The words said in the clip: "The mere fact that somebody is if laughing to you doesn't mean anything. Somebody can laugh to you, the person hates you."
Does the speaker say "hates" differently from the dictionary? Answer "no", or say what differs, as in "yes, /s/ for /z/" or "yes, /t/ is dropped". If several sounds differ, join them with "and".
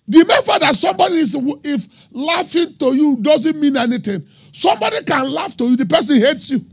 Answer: no